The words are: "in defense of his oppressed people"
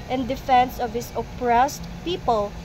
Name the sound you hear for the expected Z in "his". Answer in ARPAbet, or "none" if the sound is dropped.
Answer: S